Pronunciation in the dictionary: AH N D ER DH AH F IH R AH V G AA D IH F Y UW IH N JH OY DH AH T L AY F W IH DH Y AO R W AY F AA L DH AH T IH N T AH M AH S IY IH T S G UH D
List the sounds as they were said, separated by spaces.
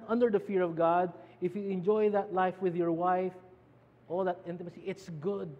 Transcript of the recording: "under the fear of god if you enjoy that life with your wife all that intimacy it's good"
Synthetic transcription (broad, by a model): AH N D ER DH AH F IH R AH V G AA D IH F Y UW IH N JH OY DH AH T L AY F W IH DH Y AO R W AY F AA L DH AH T IH N T AH M AH S IY IH T S G UH D